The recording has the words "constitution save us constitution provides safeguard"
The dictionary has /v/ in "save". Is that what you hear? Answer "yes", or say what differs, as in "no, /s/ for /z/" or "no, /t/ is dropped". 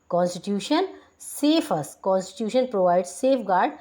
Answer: no, /f/ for /v/